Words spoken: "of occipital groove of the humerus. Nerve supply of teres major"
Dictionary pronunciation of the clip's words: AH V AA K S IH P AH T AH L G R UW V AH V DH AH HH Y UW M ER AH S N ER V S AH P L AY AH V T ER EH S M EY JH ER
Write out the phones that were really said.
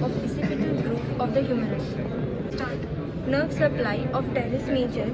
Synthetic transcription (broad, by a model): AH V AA S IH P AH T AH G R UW P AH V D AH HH Y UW M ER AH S N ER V S AH P L AY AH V T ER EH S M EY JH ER